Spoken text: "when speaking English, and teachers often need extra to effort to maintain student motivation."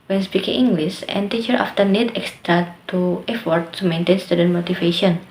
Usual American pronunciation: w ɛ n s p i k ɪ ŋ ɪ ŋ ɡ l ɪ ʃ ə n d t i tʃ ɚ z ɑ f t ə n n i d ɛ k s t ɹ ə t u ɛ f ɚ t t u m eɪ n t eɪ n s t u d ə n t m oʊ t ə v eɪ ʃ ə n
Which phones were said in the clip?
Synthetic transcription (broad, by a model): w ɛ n s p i k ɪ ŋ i ŋ ɡ l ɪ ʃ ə n t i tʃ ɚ ɑ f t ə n n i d ɛ k s t ɹ ə t u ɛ f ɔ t t u m eɪ n t eɪ n s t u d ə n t m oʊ t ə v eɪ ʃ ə n